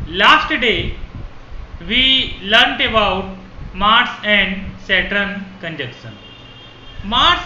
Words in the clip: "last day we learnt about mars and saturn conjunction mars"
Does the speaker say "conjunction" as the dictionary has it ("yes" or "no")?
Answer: no